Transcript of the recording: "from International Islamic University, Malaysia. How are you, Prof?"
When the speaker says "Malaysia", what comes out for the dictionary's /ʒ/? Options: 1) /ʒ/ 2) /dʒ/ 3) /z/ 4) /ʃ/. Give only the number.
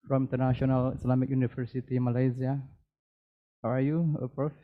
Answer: 3